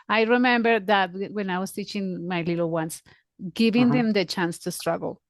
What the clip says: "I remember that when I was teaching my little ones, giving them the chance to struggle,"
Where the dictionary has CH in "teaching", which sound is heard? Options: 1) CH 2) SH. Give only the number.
1